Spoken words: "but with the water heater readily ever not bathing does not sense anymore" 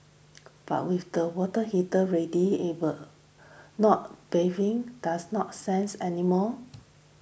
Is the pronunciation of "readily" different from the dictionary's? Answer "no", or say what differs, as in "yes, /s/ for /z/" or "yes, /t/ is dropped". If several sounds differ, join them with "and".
yes, /l/ is dropped